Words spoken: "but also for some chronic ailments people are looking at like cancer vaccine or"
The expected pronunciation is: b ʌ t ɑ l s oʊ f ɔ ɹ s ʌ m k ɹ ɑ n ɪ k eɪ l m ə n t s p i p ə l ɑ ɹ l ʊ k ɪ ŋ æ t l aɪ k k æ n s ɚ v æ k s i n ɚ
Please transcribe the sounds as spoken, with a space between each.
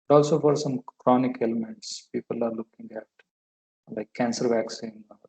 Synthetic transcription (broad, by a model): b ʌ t ɑ l s oʊ f ɔ ɹ s ʌ m k ɹ ɑ n ɪ k eɪ l m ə n t s p i p ə l ɑ ɹ l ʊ k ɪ ŋ æ t l aɪ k k æ n s ɚ v æ k s i n